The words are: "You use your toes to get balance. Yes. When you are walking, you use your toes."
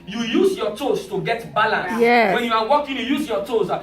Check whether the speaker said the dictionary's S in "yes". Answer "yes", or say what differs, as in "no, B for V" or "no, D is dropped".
no, S is dropped